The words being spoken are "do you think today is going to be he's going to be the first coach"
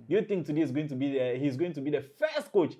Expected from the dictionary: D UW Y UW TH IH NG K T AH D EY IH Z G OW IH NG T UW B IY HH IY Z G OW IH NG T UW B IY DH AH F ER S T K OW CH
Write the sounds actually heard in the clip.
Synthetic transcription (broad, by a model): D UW Y UW T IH NG K T AH D EY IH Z G OW IH NG T UW B IY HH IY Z G OW IH NG T UW B IY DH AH F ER S T K OW CH